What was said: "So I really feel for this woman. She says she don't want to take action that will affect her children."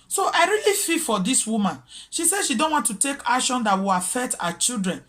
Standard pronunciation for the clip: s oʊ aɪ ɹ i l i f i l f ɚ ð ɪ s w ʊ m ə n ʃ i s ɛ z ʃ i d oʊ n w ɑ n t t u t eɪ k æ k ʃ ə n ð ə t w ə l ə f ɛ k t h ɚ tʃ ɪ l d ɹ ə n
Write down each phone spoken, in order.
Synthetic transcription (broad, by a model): s oʊ aɪ ɹ i l i f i f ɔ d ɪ s w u m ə n ʃ i s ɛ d ʃ i d oʊ n w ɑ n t t u t eɪ k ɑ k ʃ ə n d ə t w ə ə f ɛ t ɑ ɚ tʃ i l d ɹ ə n